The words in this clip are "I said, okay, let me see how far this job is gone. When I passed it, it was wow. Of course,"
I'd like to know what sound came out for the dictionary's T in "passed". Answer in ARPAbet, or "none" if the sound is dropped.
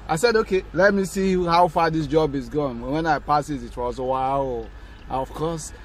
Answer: none